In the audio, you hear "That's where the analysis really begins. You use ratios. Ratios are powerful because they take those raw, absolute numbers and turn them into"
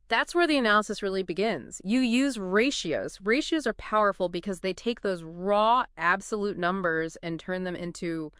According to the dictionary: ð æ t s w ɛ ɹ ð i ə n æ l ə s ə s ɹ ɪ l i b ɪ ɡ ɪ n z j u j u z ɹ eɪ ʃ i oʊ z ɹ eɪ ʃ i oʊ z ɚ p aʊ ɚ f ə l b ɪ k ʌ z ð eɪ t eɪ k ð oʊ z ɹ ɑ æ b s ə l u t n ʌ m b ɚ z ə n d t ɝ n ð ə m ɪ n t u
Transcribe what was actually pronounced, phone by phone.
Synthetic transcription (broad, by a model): ð æ t s w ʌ ɹ ð i ə n æ l ə s ə s ɹ ɪ l i b ɪ ɡ ɪ n z j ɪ j u z ɹ eɪ ʃ i oʊ z ɹ eɪ ʃ i oʊ z ɚ p aʊ ɚ f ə l b ɪ k ʌ z ð eɪ t eɪ k ð oʊ z ɹ ɑ æ b s ə l u t n ʌ m b ɚ z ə n t ɝ n ð ə m ɪ n t u